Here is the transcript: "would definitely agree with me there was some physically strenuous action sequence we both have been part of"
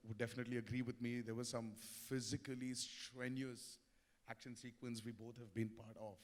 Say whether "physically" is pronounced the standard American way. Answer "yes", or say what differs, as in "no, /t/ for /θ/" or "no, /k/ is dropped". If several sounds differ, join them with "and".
yes